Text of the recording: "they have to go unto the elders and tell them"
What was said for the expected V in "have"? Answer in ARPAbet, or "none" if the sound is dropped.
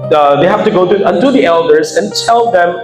F